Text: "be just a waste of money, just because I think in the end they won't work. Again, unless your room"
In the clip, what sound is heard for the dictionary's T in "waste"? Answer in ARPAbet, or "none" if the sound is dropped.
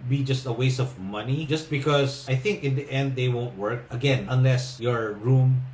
none